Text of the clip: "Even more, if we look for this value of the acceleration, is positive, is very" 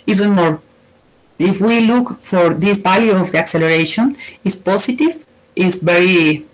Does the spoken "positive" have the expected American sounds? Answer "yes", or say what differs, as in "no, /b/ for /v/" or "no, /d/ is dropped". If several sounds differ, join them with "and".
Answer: no, /s/ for /z/